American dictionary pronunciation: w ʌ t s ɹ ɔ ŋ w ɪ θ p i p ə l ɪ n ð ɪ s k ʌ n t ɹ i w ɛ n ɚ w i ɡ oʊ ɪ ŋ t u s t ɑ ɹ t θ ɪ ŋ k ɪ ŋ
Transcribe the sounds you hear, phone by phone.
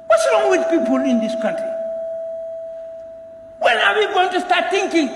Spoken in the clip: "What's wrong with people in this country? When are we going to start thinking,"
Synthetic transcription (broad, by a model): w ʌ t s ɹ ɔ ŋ w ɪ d p i p ə l ɪ n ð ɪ s k ʌ n t ɹ i w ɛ l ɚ w i ɡ oʊ ɪ ŋ t u s t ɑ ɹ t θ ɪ ŋ k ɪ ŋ